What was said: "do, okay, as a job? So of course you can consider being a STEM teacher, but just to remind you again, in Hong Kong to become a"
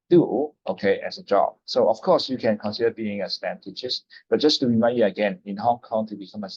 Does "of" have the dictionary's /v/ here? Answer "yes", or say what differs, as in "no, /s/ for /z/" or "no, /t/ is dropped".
no, /f/ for /v/